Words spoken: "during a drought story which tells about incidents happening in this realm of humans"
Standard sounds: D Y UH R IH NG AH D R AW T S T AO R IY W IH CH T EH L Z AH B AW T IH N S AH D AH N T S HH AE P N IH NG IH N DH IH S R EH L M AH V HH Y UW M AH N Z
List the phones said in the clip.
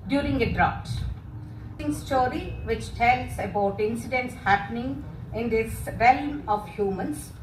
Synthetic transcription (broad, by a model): D Y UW R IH NG AH D R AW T S T AO R IY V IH CH T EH L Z AH B AW T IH N S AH D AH N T S HH AE P N IH NG IH N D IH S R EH L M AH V HH Y UW M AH N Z